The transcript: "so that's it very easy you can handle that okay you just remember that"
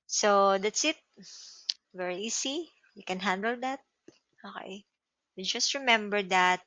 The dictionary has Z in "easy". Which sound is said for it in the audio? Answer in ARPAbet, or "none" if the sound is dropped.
S